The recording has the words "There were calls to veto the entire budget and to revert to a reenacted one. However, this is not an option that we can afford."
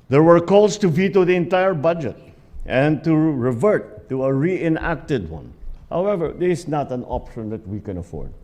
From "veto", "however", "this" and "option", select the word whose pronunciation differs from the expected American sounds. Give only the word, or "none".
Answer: this